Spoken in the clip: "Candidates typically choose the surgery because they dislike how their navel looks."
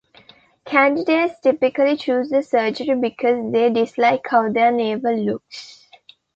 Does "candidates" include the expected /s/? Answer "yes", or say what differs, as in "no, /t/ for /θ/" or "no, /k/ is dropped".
yes